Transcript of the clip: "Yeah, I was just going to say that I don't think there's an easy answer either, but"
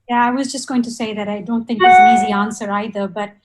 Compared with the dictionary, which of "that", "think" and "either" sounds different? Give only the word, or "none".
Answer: none